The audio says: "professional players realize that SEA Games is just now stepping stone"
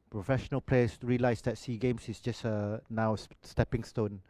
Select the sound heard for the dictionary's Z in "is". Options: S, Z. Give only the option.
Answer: S